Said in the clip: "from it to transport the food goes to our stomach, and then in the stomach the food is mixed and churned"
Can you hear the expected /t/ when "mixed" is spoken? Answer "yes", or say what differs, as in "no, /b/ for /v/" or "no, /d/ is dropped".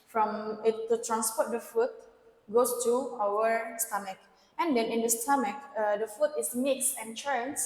no, /t/ is dropped